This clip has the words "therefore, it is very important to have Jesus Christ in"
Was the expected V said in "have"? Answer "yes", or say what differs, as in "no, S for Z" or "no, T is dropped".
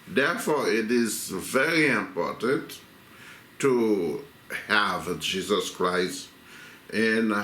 yes